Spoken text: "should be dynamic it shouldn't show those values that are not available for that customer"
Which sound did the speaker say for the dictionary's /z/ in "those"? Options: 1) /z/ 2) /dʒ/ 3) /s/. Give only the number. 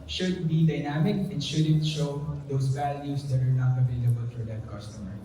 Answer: 3